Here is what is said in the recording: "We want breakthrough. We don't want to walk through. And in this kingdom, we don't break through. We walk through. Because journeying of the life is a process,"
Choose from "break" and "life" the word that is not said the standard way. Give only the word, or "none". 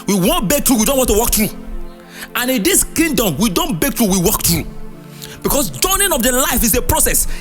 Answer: break